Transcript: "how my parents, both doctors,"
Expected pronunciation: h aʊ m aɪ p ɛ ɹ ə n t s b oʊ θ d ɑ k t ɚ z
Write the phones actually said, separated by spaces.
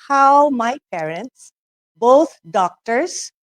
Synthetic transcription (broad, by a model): h aʊ m aɪ p ɛ ɹ ə n t s b oʊ t d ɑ k t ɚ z